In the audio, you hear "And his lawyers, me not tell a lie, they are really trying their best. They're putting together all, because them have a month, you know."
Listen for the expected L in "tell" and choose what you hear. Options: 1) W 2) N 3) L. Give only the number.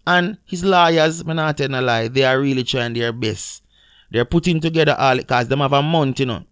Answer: 2